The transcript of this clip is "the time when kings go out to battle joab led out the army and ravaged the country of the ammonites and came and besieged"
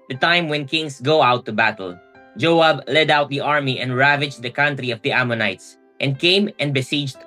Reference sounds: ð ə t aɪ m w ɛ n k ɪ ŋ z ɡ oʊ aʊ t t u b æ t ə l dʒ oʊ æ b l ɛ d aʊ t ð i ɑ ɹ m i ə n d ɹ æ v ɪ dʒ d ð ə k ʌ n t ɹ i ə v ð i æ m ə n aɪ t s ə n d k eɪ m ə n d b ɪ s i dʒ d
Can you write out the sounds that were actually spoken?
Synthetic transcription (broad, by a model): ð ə t aɪ m w ɛ n k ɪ ŋ s ɡ oʊ aʊ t t u b æ t ə l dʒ oʊ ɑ b l ɛ d aʊ t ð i ɑ ɹ m i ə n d ɹ æ v ɪ dʒ d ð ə k ʌ n t ɹ i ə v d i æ m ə n aɪ t s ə n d k eɪ m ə n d b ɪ s i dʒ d